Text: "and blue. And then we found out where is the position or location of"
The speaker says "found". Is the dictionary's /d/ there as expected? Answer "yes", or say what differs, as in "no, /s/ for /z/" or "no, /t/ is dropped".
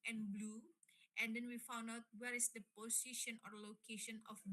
yes